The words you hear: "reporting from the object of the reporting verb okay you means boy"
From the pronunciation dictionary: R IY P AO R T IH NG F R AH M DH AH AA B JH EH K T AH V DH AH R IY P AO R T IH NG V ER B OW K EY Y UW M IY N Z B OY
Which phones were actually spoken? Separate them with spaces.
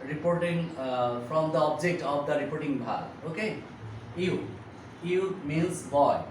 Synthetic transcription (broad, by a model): R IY P AO R T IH NG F R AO M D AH AA B JH EH K T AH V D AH R IY P AO R T IH NG B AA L OW K EY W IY M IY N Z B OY